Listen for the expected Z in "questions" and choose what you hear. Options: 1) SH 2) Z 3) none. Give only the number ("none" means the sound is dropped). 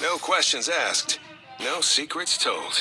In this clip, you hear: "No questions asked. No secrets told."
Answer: 2